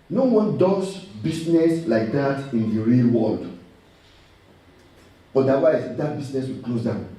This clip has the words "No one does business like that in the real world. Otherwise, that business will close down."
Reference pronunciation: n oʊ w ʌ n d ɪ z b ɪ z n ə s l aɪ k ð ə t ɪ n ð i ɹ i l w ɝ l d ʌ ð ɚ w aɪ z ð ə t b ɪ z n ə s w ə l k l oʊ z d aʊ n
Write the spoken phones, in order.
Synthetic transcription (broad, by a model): n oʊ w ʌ n d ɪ s b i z n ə s l aɪ k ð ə t ɪ n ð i ɹ i l w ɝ l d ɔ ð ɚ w aɪ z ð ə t b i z n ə s w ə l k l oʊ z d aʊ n